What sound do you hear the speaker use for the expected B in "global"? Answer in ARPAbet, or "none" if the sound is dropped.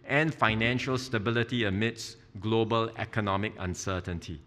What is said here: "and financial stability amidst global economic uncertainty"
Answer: B